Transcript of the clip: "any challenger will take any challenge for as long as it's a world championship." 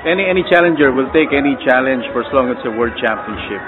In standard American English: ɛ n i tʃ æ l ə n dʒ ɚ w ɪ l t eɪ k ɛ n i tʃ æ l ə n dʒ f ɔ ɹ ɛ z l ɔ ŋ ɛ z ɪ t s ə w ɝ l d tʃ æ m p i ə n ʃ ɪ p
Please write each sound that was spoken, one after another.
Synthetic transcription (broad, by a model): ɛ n i tʃ æ l ə n dʒ ɚ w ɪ l t eɪ k ɛ n i tʃ æ l ə n dʒ f ɔ ɹ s l ɔ ŋ ɪ t s ə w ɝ d tʃ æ m p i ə n ʃ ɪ p